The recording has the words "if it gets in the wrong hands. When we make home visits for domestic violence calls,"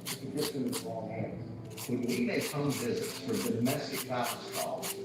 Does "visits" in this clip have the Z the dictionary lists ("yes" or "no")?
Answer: yes